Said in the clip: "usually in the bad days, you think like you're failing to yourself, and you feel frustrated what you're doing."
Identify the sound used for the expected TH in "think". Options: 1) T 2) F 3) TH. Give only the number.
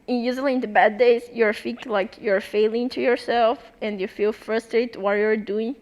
2